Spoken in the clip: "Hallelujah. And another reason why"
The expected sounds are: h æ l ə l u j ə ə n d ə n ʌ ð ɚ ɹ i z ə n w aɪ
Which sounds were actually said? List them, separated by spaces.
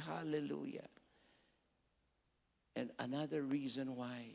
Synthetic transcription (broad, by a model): h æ l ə l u j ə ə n ə n ʌ ð ɚ ɹ i z ə n w aɪ